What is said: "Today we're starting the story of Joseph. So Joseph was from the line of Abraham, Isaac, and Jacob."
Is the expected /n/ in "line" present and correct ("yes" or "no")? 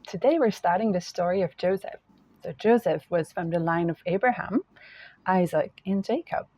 yes